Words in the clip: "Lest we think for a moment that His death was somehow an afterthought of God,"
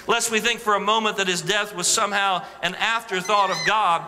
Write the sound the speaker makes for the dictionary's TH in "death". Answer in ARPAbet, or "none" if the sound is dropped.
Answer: TH